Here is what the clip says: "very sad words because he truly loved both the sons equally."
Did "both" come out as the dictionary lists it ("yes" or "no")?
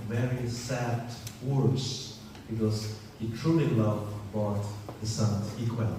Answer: no